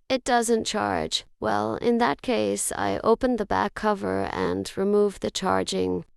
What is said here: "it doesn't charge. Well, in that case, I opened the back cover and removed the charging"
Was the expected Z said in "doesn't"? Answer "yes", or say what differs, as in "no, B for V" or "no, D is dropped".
yes